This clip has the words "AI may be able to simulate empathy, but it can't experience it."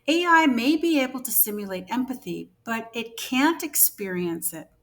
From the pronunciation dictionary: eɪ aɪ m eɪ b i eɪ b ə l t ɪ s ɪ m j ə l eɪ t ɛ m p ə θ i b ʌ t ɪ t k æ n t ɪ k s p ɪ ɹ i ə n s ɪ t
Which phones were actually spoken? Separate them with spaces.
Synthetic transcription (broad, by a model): eɪ aɪ m eɪ b i eɪ b l t ɪ s ɪ m j ə l eɪ t ɛ m p ə θ i b ʌ t ɪ t k æ n t ɪ k s p ɪ ɹ i ə n s ɪ t